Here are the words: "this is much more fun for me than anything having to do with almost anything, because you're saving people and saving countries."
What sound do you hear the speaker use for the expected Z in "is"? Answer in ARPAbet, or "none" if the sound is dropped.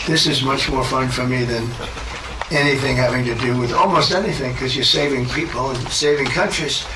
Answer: Z